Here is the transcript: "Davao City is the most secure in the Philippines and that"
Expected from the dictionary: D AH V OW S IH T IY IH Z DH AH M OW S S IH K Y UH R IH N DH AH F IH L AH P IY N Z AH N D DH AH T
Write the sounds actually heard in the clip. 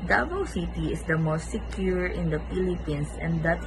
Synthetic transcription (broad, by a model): D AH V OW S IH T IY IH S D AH M OW S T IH K Y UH R IH N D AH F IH L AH P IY N S AH N D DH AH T